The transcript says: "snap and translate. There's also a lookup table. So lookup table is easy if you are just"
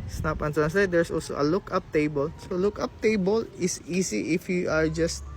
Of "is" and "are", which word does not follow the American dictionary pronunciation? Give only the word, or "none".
is